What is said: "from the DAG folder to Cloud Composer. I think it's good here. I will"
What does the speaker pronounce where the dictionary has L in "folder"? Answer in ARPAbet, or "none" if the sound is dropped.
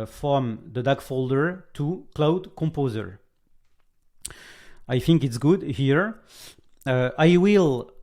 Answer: L